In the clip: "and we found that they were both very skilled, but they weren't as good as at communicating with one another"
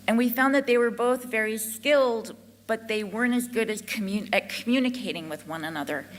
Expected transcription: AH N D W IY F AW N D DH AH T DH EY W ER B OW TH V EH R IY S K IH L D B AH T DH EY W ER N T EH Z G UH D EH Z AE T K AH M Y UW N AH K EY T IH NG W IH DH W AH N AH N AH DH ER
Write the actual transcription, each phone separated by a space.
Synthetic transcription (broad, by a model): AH N W IY F AW N DH AH T DH EY W ER B OW TH V EH R IY S K IH L D B AH T DH EY W ER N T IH Z G UH D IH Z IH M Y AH M Y UW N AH K EY T IH NG W IH DH W AH N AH N AH DH ER